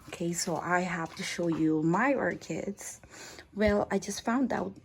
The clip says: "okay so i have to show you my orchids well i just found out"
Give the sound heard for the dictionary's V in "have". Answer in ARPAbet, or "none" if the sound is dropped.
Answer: F